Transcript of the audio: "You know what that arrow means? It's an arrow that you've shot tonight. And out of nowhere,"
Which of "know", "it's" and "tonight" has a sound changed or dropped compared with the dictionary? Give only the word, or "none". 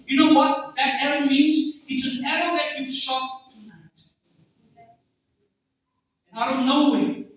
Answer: it's